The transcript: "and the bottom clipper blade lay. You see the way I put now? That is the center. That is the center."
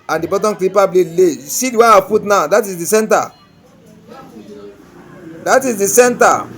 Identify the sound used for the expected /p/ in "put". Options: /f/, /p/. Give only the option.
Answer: /f/